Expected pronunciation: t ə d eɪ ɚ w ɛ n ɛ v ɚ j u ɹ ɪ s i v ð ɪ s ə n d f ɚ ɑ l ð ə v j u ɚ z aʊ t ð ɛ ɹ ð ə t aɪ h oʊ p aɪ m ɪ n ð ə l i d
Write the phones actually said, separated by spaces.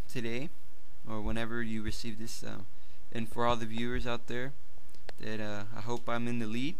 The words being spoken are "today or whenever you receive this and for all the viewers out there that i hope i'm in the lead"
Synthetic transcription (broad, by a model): t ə d eɪ ɚ w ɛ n ɛ v ɚ j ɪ ɹ ɪ s i v ð ɪ s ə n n f ɚ ɑ l ð ə v j u ɚ z aʊ t ð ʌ ɹ ð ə t aɪ h oʊ p aɪ m ɪ n ð ə l i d